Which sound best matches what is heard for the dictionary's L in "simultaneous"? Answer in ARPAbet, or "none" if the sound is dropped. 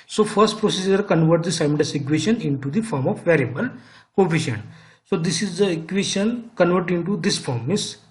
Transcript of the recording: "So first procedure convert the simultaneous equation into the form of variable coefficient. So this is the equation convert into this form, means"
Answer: N